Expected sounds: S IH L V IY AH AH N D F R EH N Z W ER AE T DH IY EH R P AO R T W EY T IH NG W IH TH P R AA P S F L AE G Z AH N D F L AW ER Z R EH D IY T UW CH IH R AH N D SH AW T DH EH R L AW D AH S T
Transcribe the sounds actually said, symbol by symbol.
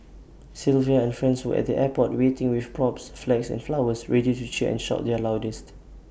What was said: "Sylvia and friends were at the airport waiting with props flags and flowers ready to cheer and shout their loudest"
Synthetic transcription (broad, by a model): S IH L V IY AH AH N F R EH N S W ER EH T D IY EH P AO T W EY T IH NG W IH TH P R AA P S F L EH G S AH N F L AW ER S R EH D IY T UW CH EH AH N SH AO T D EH L AW D AH S T